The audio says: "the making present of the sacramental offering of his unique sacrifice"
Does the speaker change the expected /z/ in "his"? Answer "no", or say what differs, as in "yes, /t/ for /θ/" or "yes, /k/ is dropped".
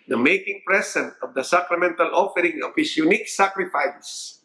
yes, /s/ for /z/